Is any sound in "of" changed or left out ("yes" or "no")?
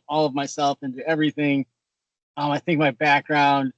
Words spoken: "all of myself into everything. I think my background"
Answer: no